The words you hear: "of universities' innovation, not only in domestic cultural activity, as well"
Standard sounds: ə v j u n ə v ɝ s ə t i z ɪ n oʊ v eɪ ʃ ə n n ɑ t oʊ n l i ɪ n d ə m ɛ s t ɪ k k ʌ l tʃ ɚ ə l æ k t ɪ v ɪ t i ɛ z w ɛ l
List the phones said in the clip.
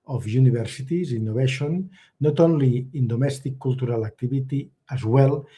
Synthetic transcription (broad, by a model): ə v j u n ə b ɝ s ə t i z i n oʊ b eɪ ʃ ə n n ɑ t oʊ n l i ɪ n d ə m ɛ s t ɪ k k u l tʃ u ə l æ k t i b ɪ t i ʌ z w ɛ l